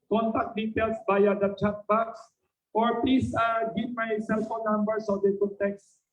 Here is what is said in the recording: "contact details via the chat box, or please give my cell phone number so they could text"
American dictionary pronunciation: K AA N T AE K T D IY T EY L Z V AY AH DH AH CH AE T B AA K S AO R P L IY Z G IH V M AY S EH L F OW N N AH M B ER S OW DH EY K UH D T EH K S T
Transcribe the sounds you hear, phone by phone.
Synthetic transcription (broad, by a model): K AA N T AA K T D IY T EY L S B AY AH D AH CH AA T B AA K S AO R P L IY S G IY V M AY S EH L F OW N N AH M B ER S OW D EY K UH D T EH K S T